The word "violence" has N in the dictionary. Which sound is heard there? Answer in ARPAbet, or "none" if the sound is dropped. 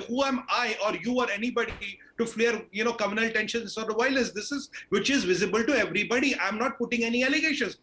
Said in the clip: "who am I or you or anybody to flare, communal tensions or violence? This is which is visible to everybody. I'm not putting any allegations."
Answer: none